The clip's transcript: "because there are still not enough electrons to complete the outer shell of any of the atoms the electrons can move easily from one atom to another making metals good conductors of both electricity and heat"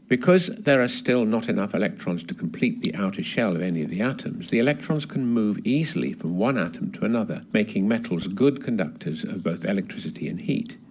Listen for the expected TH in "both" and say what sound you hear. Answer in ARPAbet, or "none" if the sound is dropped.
TH